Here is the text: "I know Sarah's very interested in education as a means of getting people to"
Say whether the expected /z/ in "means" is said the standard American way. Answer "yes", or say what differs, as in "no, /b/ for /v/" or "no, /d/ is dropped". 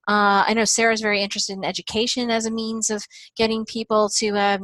yes